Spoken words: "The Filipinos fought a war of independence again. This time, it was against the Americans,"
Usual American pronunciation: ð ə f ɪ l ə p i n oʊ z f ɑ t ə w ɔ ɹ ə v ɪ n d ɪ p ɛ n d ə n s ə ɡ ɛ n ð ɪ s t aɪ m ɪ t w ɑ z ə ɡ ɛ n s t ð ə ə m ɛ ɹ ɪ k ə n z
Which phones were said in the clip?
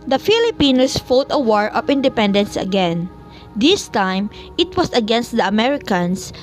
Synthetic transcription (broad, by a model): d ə f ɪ l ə p i n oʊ s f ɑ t ə w ɔ ɹ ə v ɪ n d ɪ p ɛ n d ə n s ə ɡ ɛ n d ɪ s t aɪ m ɪ t w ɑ s ə ɡ ɛ n s t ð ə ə m ɛ ɹ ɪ k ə n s